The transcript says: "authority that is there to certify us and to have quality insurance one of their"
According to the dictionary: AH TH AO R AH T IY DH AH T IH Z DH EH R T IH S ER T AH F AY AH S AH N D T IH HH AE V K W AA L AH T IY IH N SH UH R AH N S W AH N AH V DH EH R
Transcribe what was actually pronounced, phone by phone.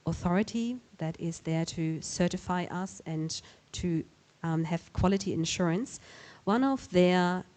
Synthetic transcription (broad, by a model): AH TH AO R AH T IY DH AH T IH Z DH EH R T IH S ER T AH F AY AH S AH N T IH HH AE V K W AA L AH T IY IH N SH UH R AH N S W AH N AH V DH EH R